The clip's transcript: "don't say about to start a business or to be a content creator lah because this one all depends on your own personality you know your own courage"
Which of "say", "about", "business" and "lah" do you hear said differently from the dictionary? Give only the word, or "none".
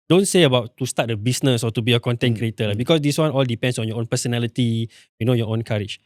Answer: business